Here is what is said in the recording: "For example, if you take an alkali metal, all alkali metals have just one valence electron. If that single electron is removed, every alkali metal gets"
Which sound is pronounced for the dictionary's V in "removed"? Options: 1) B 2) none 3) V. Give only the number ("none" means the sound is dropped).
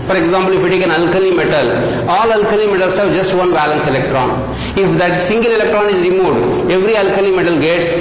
2